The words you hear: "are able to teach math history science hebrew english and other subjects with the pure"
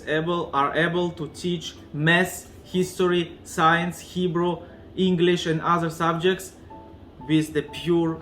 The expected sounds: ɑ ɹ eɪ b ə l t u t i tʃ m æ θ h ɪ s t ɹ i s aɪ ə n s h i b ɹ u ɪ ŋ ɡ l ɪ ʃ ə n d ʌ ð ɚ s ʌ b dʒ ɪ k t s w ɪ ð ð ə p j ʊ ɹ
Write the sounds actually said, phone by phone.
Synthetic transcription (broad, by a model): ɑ ɹ eɪ b ə l t u t i tʃ m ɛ s h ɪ s t ɹ i s aɪ ə n s h i b ɹ u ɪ ŋ ɡ l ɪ ʃ ə n d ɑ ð ɚ s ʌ b dʒ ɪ k t s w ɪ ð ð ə p j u ɹ